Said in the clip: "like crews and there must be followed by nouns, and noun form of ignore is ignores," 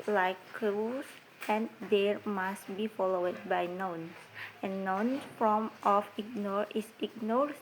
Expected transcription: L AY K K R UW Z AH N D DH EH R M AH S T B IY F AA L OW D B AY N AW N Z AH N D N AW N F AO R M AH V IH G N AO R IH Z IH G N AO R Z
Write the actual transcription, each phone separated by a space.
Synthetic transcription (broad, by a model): L AY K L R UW S AH N D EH R M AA S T B IY F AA L OW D B AY N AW N S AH N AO N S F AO M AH F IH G N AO R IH S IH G N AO R